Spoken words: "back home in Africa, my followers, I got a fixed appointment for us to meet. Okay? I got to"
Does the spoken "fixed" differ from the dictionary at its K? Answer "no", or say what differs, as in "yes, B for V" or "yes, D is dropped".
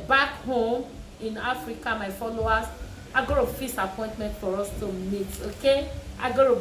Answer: yes, K is dropped